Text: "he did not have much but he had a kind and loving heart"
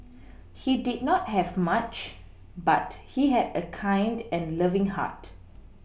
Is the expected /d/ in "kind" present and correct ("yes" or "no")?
yes